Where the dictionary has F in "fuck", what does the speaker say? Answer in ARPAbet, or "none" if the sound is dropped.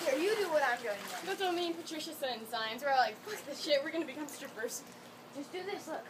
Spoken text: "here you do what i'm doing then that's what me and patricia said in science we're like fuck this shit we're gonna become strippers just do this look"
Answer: P